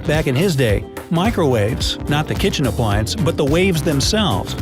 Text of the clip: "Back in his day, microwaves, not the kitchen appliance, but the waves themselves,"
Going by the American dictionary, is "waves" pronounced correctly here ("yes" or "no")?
yes